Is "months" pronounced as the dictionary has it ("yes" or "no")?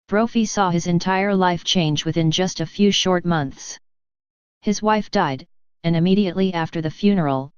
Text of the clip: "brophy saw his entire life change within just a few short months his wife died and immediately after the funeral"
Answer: yes